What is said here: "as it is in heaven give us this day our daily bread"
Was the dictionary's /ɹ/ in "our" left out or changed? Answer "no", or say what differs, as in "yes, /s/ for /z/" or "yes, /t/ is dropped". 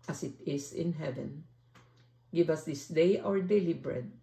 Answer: no